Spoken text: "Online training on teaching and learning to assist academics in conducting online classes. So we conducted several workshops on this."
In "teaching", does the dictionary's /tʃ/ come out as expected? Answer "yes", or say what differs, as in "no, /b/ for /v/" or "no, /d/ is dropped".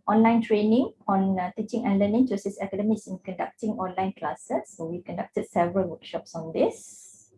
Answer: yes